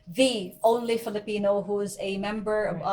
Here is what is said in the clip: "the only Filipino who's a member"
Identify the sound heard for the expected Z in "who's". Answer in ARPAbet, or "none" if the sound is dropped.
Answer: Z